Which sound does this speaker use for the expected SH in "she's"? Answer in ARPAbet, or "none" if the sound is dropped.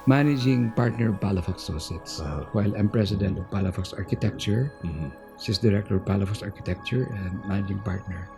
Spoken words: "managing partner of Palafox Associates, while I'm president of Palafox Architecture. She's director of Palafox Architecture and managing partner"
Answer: S